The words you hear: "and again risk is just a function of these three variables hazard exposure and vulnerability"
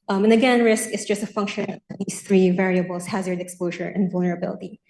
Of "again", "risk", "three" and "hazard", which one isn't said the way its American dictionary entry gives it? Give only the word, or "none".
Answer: none